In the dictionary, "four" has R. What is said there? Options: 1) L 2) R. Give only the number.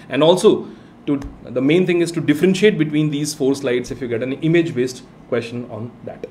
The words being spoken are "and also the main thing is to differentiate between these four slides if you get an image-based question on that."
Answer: 2